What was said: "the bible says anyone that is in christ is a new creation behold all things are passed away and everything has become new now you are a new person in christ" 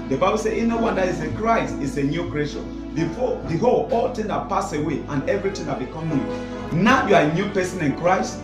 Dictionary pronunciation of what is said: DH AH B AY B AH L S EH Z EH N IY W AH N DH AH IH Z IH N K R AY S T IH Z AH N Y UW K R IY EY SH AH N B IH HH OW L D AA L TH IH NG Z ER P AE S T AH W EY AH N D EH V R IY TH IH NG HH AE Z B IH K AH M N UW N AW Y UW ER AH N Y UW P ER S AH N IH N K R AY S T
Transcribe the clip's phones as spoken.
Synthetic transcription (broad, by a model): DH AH B AY B AH L S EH IY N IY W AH N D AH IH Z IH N K R AY S T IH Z AH N Y UW K R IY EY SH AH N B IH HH OW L AA L T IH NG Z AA P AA S AH W EY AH N EH V R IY T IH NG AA B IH K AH M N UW N AW Y UW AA AH N Y UW P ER S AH N IH N K R AY S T